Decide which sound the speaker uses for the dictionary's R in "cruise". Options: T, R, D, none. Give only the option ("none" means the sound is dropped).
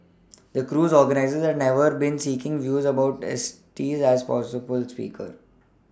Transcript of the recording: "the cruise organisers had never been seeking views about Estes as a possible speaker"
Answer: R